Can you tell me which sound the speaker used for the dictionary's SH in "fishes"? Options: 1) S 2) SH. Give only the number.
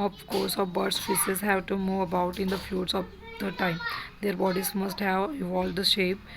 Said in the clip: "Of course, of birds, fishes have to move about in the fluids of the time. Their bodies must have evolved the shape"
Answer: 1